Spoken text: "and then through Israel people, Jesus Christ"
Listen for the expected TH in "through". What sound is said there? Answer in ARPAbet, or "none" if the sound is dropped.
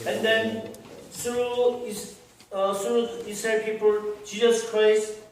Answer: S